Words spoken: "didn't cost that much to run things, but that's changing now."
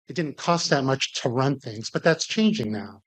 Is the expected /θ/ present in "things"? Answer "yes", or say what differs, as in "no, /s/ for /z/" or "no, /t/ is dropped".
yes